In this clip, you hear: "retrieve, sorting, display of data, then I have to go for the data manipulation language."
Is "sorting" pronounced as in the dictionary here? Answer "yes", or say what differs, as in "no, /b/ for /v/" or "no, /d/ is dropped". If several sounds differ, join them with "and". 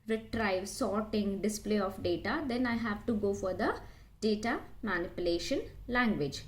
yes